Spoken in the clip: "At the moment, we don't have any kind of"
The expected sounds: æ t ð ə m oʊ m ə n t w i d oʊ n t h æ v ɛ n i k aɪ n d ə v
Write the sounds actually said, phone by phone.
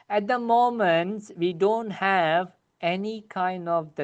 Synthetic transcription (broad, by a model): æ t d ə m oʊ m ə n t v i d oʊ n t h æ v ɛ n i k aɪ n d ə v